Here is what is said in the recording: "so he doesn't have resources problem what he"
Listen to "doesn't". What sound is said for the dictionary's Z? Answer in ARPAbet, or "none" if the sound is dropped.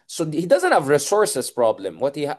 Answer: Z